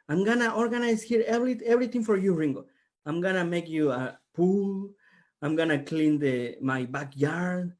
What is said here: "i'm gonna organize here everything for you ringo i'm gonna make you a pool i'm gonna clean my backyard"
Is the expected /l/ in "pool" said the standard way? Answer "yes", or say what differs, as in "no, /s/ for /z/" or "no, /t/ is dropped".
yes